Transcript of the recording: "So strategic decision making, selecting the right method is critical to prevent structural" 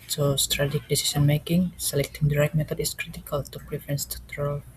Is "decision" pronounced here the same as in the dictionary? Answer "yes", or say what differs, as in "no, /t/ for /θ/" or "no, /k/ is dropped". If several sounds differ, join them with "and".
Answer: no, /s/ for /ʒ/